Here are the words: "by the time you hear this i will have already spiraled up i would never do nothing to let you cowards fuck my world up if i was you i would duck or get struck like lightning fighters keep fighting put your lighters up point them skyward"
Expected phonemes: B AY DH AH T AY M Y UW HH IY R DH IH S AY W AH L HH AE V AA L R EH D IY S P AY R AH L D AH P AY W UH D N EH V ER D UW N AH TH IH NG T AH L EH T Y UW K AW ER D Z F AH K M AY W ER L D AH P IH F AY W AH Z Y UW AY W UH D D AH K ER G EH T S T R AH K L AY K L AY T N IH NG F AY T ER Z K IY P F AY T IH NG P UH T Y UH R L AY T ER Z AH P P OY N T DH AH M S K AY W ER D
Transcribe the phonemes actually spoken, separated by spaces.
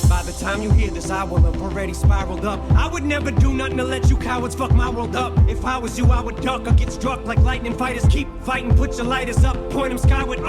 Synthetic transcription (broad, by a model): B AY DH AH T AY M Y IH HH IY R DH IH S AY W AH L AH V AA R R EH D IY S P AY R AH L D AH P AY W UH D N EH V ER D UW N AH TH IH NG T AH L EH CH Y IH K AW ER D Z F AH K M AY W ER L D AH P IH F AY W AH Z Y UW AY W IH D D AH K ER G EH T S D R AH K L AY K L AY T N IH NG F AY T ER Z K IY P F AY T IH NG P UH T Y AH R L AY T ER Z AH P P OY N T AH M S K AY W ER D